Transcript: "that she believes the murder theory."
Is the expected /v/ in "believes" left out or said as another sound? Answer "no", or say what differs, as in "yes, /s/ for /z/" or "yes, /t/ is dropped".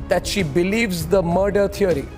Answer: no